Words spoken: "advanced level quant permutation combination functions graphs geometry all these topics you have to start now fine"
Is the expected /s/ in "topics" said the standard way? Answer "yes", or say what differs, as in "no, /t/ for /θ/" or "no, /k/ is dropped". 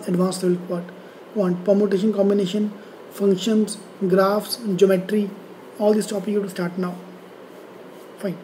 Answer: no, /s/ is dropped